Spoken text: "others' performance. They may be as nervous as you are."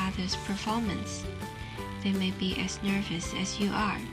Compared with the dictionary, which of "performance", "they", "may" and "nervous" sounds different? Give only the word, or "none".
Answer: none